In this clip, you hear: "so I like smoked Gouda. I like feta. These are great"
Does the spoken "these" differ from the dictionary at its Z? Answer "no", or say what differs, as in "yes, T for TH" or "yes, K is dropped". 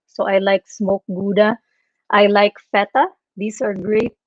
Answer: yes, S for Z